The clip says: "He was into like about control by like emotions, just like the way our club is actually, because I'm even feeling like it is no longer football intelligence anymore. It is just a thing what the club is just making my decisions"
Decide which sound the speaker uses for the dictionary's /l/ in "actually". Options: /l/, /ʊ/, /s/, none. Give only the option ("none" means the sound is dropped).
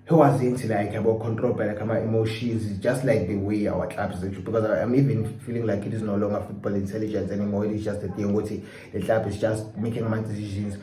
none